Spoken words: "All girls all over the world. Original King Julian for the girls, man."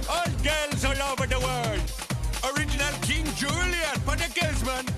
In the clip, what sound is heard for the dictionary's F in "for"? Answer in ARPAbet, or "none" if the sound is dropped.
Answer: P